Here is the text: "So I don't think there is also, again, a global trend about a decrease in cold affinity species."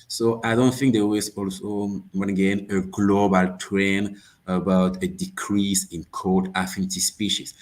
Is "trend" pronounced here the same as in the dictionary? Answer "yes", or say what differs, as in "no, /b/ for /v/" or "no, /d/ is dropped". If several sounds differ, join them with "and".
no, /d/ is dropped